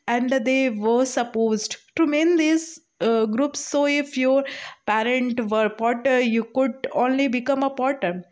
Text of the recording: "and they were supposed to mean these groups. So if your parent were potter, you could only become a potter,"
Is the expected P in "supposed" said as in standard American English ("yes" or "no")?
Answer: yes